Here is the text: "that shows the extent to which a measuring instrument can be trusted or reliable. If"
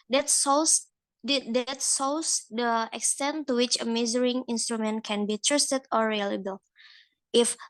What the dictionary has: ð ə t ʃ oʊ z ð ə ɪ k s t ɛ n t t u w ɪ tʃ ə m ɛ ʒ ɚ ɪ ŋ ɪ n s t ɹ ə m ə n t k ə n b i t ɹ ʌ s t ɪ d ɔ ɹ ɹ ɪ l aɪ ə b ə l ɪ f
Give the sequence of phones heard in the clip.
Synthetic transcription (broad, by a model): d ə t s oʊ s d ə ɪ k s t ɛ n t t u w ɪ tʃ ə m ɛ z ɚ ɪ ŋ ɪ n s t ɹ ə m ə n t k ə n b i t ɹ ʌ s t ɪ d ɔ ɹ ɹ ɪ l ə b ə l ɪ f